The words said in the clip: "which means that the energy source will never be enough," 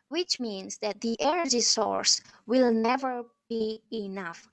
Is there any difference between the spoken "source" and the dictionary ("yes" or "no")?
no